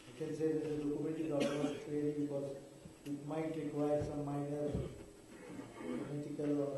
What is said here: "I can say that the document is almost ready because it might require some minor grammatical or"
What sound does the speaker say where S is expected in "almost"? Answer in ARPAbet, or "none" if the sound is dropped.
none